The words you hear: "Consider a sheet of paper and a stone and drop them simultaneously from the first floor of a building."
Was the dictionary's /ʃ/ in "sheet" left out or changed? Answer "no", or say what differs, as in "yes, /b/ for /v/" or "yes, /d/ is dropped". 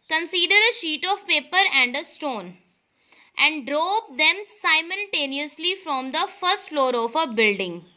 no